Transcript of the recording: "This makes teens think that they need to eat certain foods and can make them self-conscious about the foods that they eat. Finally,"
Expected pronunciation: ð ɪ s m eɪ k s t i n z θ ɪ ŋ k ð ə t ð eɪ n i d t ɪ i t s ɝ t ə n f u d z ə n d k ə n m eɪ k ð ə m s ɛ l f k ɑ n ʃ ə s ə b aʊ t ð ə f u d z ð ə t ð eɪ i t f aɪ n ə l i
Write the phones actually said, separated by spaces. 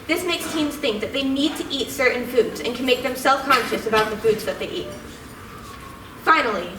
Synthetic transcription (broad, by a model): ð ɪ s m eɪ k s t i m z θ ɪ ŋ k ð ə t ð eɪ n i d t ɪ i t s ɝ t n f u d z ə n k ə n m eɪ k ð ə m s ɛ l f k ɑ n ʃ ə s ə b aʊ t ð ə f u d z ð ə t ð eɪ i t f aɪ n l i